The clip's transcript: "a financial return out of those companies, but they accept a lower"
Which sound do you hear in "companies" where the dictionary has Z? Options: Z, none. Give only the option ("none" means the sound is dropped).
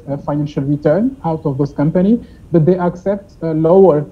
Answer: none